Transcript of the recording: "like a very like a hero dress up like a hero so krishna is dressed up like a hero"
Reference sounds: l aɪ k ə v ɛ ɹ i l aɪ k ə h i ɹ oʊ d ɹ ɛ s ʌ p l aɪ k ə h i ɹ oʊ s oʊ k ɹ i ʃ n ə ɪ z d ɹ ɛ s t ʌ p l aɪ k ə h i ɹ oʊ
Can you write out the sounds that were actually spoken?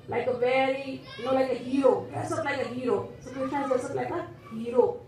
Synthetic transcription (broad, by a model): l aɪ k ə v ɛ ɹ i l aɪ k ə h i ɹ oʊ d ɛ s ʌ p l aɪ k ə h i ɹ oʊ s oʊ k i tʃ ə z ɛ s ʌ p l aɪ k ə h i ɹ oʊ